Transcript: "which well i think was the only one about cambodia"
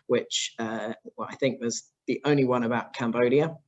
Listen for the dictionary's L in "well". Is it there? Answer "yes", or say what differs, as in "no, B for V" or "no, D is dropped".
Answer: no, W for L